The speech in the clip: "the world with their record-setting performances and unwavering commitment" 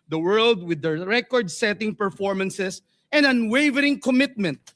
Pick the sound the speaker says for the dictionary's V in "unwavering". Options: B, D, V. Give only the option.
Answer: V